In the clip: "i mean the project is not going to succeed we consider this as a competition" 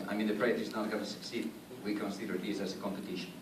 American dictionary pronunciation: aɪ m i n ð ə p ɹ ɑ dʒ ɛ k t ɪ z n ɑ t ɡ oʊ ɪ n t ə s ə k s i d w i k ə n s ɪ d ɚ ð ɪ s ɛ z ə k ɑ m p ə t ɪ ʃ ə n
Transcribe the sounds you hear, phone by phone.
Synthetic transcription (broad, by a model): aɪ m i n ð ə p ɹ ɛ ɛ t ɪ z n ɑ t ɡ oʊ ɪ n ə s ə k s i d w i k ə n s ɪ d ɚ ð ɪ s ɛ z ə k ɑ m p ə t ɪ ʃ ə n